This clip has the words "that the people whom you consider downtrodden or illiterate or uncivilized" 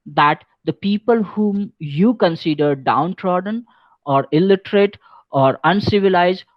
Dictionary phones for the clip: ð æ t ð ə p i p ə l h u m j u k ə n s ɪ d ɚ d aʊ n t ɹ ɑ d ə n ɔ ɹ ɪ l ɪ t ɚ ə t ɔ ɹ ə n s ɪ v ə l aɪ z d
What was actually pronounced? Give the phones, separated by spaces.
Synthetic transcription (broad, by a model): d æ t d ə p i p ə l h u m j u k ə n s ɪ d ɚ d aʊ n t ɹ ɑ d ə n ɔ ɹ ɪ l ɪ t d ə t ɔ ɹ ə n s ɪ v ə l aɪ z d